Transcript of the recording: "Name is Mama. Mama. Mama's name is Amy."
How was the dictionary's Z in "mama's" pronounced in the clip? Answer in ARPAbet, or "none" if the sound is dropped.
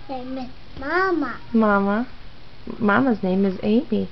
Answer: Z